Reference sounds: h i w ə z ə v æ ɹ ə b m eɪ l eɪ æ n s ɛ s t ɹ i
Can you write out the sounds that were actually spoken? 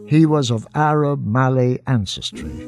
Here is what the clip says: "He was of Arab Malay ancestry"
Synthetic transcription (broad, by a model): h i w ə z ə v æ ɹ ə b m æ l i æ n s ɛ s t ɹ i